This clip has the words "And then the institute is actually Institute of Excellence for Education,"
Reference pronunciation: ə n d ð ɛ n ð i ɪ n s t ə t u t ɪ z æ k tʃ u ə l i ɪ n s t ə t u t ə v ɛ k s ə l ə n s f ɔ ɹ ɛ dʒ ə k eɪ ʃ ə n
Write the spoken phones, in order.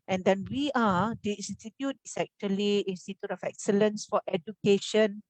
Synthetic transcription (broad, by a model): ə n d ɛ n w i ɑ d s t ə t u t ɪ s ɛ k tʃ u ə l i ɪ n s t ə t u t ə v ɛ k s ə l ə n s f ɔ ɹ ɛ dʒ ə k eɪ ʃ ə n